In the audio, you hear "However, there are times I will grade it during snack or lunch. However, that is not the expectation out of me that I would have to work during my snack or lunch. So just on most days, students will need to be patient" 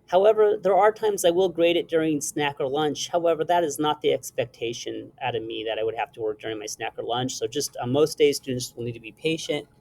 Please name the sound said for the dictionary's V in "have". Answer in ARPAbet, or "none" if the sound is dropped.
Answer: F